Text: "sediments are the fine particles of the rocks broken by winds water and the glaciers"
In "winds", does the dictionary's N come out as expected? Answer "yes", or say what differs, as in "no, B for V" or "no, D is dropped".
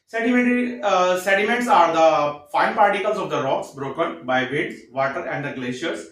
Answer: no, N is dropped